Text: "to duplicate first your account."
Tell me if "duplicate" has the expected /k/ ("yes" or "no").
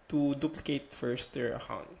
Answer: yes